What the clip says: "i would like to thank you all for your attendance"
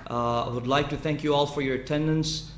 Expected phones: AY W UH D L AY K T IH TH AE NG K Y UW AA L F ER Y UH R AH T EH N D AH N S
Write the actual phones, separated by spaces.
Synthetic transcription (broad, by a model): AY W UH D L AY K T IH TH AE NG K Y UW AA L F ER Y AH R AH T EH N D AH N S